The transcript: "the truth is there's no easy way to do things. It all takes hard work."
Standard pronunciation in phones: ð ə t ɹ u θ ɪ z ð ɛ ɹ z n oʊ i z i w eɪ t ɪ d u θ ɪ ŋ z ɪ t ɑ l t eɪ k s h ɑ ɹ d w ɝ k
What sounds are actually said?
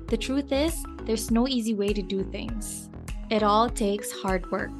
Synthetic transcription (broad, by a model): ð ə t ɹ u θ ɪ z ð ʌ ɹ z n oʊ i z i w eɪ t ɪ d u θ ɪ ŋ z ɪ t ɑ l t eɪ k s h ɑ ɹ d w ɝ k